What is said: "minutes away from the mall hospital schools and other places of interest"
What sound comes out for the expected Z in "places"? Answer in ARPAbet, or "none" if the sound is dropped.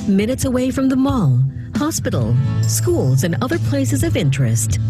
Z